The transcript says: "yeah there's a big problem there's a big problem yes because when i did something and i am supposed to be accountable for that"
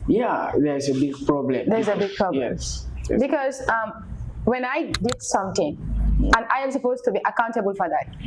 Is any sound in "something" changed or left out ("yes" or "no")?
yes